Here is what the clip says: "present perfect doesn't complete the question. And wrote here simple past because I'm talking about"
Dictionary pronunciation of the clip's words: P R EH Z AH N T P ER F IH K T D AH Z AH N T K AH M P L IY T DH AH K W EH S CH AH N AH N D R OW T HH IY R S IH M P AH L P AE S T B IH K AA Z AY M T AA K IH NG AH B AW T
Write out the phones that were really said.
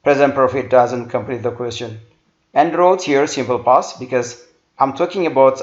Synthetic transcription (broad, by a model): P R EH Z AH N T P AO F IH T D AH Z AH N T K AH M P L IY T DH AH K W EH S CH AH N AH N D R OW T HH IY R S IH M P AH L P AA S B IH K AA Z AY M T AA K IH NG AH B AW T